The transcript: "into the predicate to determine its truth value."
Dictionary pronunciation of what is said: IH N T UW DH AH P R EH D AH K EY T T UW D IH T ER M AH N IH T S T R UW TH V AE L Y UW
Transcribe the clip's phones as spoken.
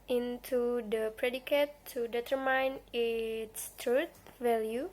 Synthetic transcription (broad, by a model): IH N T UW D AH P R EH D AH K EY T T UW D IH T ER M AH N IH T S T R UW T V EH L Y UW